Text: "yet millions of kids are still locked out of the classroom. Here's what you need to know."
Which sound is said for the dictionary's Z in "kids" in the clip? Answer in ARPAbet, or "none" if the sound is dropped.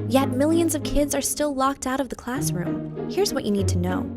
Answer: Z